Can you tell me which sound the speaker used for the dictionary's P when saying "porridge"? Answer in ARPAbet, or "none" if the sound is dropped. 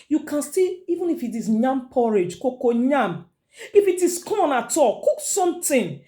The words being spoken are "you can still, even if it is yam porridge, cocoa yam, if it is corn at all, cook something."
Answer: P